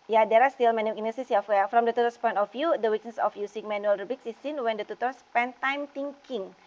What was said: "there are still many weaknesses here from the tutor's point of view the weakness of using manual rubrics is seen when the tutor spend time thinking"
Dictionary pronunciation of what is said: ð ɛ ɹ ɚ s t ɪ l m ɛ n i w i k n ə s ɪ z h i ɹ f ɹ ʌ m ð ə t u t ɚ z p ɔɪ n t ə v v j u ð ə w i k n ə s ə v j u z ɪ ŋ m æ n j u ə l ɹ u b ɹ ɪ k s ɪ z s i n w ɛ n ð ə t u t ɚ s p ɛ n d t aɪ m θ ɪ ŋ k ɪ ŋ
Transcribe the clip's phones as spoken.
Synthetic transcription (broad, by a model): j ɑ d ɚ s t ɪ l m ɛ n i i n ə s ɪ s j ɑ w f ɹ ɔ m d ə t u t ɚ s p ɔɪ n t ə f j u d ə w i k n ə s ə f j u s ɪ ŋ m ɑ n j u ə l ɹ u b ɪ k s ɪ s i n w ɛ n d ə t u t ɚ s p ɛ n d t aɪ m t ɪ ŋ k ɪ ŋ